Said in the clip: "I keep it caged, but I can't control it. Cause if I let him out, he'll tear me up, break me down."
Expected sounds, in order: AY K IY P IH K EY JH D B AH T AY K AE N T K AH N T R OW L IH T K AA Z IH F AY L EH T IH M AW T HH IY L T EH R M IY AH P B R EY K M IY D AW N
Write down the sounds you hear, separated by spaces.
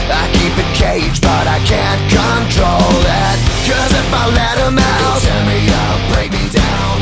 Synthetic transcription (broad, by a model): AY K IY P IH K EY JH B AH T AY K AE N K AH N T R OW L IH T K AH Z IH F AY L EH T IH M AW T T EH M IY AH B R EY K M IY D AW N